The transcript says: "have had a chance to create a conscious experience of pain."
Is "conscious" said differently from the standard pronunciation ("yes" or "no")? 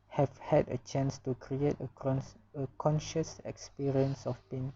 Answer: no